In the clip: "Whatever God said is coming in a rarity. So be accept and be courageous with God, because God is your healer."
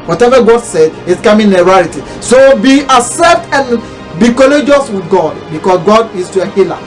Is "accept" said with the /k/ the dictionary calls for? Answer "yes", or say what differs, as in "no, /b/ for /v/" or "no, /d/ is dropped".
no, /k/ is dropped